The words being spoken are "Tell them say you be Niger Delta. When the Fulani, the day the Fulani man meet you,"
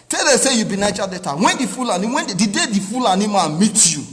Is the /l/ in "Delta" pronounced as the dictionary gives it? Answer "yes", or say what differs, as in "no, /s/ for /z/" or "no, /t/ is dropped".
no, /l/ is dropped